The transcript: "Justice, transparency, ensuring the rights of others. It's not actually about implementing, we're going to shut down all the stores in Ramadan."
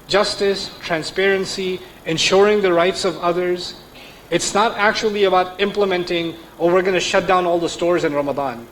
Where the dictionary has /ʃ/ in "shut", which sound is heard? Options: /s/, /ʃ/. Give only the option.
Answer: /ʃ/